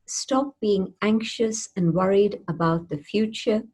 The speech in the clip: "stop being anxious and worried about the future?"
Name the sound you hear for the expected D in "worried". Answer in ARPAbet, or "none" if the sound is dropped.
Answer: D